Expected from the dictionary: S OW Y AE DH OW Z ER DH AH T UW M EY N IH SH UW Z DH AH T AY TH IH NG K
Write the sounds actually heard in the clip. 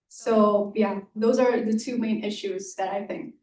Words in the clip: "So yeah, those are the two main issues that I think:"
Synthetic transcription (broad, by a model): S OW Y AE DH OW Z ER DH AH T UW M EY N IH SH UW Z DH AH T AY TH IH NG K